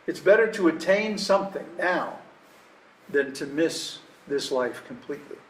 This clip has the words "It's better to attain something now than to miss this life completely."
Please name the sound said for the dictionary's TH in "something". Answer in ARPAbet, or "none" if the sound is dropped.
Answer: TH